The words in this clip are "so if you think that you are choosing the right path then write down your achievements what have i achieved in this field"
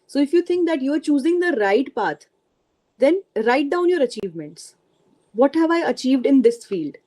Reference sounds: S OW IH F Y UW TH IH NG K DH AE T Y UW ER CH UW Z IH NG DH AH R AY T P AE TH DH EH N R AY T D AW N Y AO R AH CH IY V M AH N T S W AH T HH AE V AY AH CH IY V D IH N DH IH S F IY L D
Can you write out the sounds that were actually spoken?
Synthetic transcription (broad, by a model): S OW IH F Y UW T IH NG K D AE T Y UW ER CH UW Z IH NG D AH R AY T P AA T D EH N R AY T D AW N Y AO R AH CH IY V M AH N T S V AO T HH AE V AY AH CH IY V D IH N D IH S F IY L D